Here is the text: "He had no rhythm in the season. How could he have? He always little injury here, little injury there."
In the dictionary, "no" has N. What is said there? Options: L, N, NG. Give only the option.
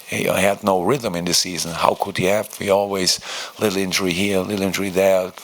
N